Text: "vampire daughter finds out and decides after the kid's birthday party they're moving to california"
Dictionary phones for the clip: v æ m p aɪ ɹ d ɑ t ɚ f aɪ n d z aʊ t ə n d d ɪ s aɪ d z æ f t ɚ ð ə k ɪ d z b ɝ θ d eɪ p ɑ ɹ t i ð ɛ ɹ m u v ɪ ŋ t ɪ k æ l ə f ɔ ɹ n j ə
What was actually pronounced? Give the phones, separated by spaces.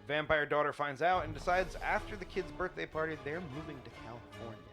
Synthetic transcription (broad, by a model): v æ m p aɪ ɹ d ɑ t ɚ f aɪ n d z aʊ t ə n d d ɪ s aɪ d z æ f t ɚ ð ə k ɪ d z b ɝ θ d eɪ p ɑ ɹ t i ð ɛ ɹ m u v ɪ ŋ t ɪ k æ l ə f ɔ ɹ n